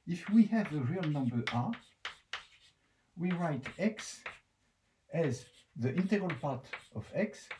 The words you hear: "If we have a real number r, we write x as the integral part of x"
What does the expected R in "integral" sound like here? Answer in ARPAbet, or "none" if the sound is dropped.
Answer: R